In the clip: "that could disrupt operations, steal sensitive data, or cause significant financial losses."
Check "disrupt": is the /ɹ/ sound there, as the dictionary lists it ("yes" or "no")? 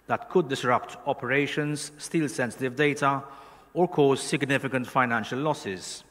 yes